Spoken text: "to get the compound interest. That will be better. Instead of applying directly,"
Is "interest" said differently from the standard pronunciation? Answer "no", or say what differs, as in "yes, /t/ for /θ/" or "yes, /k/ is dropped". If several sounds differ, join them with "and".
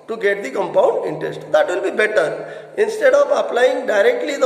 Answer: no